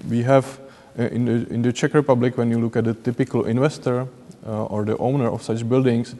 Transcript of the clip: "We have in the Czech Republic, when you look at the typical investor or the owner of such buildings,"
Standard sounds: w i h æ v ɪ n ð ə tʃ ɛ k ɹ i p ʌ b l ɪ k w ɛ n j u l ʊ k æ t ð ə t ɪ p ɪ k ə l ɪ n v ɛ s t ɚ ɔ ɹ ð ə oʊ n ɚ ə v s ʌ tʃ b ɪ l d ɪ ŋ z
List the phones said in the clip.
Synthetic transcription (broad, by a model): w i h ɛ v ɪ n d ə tʃ ɛ k ɹ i p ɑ b l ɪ k w ɛ n j u l ʊ k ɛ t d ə t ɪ p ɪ k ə l ɪ n v ɛ s t ɚ ɔ ɹ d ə oʊ n ɚ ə f s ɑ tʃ b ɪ l d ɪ ŋ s